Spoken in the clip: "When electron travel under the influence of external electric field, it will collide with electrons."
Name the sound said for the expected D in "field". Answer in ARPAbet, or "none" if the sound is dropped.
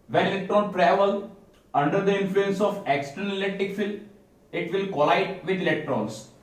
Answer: none